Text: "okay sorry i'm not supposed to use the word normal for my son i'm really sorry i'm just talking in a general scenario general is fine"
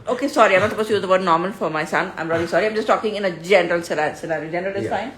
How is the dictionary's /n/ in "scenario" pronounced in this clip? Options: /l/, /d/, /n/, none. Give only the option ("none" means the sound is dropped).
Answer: /l/